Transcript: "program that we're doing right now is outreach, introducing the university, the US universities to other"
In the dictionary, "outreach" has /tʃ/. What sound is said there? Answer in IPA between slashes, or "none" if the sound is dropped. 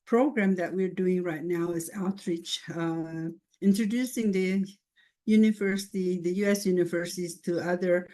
/tʃ/